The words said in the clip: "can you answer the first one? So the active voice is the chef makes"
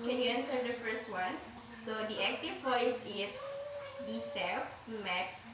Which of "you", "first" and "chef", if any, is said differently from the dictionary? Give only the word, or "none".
chef